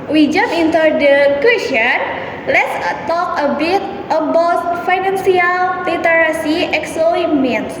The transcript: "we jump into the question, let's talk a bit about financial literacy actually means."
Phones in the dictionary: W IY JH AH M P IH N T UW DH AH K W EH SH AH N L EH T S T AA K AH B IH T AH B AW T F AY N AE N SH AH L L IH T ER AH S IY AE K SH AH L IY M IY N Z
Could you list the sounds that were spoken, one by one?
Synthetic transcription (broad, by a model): W IY JH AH M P IH N T UW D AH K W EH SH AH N L EH T S T AA K AH B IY T AH B AW T F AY N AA N S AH L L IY T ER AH S IY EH K S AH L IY M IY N